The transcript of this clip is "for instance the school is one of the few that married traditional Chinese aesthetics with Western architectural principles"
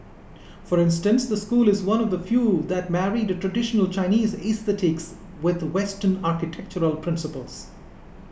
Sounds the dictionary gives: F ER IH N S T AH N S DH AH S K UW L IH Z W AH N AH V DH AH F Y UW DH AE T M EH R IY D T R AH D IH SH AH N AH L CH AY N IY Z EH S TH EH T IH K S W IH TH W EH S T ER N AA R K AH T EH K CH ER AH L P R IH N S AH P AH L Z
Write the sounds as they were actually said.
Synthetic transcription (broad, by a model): F ER IH N S T AH N S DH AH S K UW L IH Z W AH N AH V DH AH F Y UW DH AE T M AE R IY D T R AH D IH SH AH N AH L CH AY N IY Z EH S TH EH T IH K S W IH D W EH S T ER N AA R K AH T EH K CH ER AH L P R IH N S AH P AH L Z